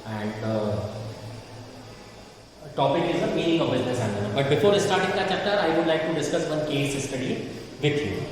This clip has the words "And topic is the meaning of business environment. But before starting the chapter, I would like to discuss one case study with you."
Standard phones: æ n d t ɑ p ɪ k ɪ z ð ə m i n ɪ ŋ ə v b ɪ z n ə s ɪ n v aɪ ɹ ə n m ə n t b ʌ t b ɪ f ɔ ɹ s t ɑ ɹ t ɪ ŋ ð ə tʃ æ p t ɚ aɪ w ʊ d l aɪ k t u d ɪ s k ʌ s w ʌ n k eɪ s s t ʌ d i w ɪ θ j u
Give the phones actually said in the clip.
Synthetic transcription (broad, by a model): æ n d t ɑ p ɪ k ɪ z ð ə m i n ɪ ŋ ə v b ɪ z n ə s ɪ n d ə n ə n b ʌ t b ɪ f ɔ ɹ s t ɑ ɹ t ɪ ŋ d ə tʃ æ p t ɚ aɪ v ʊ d l aɪ k t u d ɪ s k ʌ s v ʌ n k eɪ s s t ʌ d i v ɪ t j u